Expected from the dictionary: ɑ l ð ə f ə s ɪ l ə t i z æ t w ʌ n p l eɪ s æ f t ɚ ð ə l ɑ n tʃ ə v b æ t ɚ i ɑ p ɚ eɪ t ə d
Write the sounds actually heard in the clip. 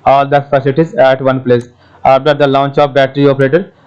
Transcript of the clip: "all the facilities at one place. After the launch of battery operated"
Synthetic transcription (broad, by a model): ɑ l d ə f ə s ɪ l t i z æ t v ʌ n p l eɪ s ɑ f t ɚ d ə l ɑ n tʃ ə p b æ t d i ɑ p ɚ eɪ t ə d